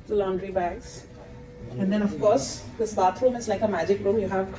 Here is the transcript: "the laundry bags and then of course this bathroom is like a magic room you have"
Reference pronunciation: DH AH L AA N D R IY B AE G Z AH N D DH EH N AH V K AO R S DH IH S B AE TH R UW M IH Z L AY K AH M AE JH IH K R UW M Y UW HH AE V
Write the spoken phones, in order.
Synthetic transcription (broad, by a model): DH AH L AA N D R IY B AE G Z AH N D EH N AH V K AO R S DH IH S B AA T R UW M IH Z L AY K AH M AE JH IH K R UW M Y UW HH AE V